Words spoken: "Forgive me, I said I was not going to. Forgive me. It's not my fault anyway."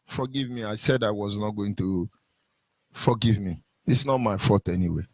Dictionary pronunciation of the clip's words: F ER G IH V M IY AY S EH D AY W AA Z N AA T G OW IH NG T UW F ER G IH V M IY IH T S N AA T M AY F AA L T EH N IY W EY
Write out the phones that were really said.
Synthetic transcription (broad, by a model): F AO G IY V M IY AY S EH D AY W AA Z N AA T G OW IH NG T UW F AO G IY V M IY IH T S N AA T M AY F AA T EH N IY W EY